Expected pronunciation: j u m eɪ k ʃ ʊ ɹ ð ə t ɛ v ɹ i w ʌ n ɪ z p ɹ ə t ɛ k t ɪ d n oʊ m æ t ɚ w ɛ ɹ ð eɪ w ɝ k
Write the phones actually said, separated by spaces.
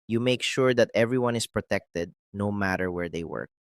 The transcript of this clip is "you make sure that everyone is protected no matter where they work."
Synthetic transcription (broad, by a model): j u m eɪ k ʃ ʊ ɹ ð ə t ɛ v ɹ i w ʌ n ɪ s p ɹ ə t ɛ k t ɪ d n oʊ m æ t ɚ w ɛ ɹ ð eɪ w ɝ k